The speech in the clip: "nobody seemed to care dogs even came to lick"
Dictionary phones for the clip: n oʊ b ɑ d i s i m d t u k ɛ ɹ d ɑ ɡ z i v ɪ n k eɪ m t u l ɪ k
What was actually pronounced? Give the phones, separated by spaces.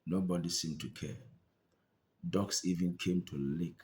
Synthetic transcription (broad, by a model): n oʊ b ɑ d i s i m t u k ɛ d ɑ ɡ s i v ɪ n k eɪ m t u l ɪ k